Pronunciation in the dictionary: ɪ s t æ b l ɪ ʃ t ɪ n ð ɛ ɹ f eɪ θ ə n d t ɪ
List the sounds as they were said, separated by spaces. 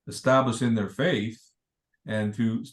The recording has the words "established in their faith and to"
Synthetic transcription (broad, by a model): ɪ s t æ b l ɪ ʃ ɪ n ð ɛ ɹ f eɪ θ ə n t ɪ